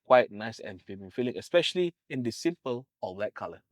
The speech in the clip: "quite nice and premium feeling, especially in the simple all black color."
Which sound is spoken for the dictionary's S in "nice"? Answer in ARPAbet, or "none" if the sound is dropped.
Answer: S